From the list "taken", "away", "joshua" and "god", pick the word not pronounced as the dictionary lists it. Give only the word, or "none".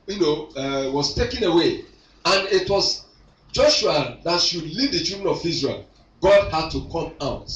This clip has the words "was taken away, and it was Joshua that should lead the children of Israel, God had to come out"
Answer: none